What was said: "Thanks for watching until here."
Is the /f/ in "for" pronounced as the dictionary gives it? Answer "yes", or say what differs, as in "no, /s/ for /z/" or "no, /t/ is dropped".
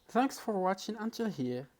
yes